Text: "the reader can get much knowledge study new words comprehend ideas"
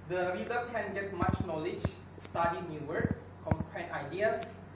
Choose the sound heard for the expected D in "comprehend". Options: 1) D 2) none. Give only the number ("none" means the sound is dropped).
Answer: 2